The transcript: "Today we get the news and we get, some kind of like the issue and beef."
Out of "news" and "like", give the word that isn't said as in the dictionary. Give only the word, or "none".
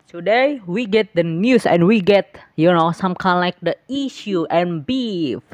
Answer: news